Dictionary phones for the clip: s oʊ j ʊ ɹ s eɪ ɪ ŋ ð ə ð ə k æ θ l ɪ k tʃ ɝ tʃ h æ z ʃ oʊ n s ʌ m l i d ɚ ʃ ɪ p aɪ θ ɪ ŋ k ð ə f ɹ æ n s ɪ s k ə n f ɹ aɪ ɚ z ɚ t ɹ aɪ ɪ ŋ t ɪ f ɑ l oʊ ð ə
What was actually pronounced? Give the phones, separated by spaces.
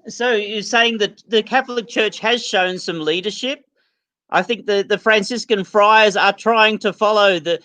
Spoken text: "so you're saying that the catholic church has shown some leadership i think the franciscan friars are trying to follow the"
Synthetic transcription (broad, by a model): s oʊ j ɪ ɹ s eɪ ɪ ŋ ð ə ð ə k æ θ l ɪ k tʃ ɝ tʃ h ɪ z ʃ oʊ n s ʌ m l i d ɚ ʃ ɪ p aɪ θ ɪ ŋ k ð ə f ɹ æ n s ɪ s k ə n f ɹ aɪ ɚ z ɚ t ɹ aɪ ɪ ŋ t ɪ f ɑ l oʊ ð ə